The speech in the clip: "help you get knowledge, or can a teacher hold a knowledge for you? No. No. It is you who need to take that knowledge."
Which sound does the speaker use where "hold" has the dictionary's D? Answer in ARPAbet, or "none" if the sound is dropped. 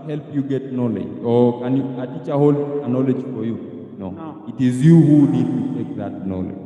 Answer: none